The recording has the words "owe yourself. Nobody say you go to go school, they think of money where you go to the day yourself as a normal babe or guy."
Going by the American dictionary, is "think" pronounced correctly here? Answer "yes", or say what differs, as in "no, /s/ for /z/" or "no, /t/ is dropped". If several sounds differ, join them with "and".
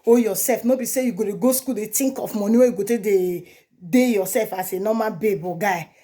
no, /t/ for /θ/